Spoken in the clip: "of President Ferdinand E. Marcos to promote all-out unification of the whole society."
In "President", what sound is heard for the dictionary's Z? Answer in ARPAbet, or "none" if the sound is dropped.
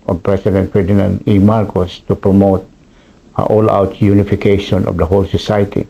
S